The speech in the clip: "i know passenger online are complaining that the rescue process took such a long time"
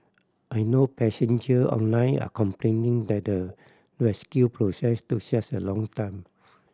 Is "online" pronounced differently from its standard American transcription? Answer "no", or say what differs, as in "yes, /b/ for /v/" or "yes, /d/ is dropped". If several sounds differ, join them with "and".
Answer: no